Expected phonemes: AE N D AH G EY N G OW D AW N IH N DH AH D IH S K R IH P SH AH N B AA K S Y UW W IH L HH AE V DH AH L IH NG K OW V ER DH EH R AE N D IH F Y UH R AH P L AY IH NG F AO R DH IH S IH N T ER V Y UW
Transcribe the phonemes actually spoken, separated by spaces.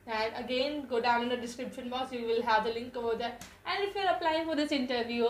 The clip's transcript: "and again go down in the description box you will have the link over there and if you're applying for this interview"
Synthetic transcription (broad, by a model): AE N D AH G EY N G OW D AW N IH N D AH D IH S K R IH P SH AH N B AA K S Y UW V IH L HH AE V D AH L IH NG K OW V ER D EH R AE N D IH F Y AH R AH P L AY IH NG F AO R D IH S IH N T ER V Y UW